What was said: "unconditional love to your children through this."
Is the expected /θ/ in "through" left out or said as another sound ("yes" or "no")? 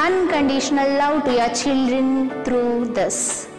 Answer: yes